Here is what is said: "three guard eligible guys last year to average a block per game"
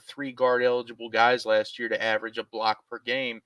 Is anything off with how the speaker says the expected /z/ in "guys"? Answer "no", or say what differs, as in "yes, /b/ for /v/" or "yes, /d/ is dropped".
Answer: no